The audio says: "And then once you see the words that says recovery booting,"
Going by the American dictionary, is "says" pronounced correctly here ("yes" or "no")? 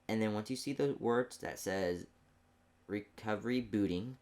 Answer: yes